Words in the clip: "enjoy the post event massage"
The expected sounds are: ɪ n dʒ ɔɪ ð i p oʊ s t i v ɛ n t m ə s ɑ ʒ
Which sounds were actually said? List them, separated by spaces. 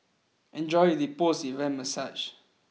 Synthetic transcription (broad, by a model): ɪ n dʒ ɔɪ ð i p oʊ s i v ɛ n m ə s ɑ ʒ